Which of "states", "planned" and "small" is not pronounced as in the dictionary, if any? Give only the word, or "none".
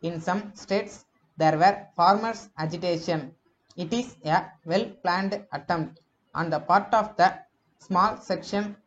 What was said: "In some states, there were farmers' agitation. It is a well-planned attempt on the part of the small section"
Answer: none